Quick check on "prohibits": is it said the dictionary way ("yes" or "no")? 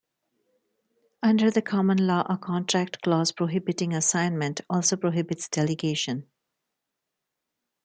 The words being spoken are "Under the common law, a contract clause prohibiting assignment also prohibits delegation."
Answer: yes